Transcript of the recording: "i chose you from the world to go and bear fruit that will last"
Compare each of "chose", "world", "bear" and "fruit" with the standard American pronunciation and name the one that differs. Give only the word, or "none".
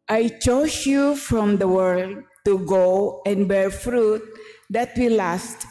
chose